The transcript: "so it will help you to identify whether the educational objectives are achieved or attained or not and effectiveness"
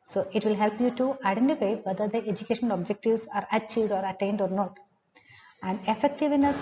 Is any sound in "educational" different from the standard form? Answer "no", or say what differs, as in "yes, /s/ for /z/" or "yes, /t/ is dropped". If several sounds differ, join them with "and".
yes, /n/ is dropped and /n/ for /l/